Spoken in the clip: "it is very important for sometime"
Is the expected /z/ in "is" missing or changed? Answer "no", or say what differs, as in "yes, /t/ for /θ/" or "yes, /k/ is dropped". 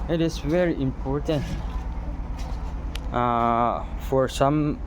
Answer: yes, /s/ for /z/